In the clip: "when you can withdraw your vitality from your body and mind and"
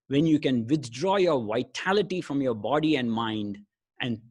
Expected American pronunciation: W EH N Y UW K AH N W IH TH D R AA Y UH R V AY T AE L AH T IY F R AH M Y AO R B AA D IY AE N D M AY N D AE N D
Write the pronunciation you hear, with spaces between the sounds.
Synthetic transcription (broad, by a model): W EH N Y UW K AH N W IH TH D R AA Y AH R V AY T AE L AH T IY F R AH M Y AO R B AA D IY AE N D M AY N D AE N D